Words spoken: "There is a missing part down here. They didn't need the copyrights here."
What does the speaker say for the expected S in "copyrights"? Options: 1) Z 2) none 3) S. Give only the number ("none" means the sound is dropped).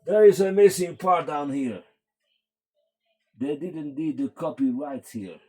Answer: 2